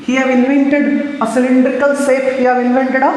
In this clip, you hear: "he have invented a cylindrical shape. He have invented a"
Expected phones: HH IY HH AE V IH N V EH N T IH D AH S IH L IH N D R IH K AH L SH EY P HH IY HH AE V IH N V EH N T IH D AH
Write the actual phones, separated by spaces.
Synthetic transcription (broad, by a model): HH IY HH AE V IH N V EH N T IH D AH S IH L IH N D R IH K AH L S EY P HH IY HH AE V IH N V EH N T IH D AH